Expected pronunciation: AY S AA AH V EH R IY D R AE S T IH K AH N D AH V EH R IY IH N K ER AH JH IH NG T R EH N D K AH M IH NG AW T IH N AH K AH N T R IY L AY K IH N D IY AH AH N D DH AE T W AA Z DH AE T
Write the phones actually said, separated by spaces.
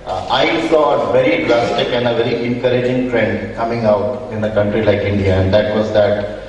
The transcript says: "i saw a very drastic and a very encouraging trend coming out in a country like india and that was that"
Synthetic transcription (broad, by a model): AY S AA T V EH R IY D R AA S T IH K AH N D AH V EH R IY IH N K ER AH JH IH NG T R EH N D K AH M IH NG AW T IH N AH K AH N T R IY L AY K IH N D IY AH AH N D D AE T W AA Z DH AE T